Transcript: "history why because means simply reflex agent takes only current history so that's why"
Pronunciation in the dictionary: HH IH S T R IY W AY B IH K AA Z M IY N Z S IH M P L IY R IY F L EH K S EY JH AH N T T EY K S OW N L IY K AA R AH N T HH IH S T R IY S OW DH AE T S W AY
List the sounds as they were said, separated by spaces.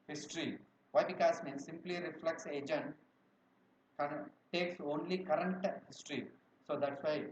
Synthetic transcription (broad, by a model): HH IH S T R IY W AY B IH K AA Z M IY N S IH M P L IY R IY F L EH K S EY JH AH N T T EY K S OW N L IY K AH R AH N T HH IH S T R IY S OW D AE T S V AY